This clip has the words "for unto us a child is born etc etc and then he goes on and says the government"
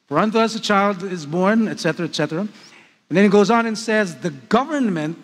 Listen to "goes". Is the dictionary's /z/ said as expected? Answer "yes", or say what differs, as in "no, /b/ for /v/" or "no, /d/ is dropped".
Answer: yes